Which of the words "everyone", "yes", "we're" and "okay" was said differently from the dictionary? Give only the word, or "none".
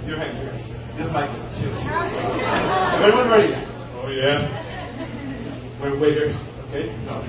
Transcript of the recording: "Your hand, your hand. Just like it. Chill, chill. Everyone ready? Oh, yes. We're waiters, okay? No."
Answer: everyone